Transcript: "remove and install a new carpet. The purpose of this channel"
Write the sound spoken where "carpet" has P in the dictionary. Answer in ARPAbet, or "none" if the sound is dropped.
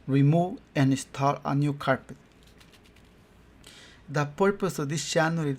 P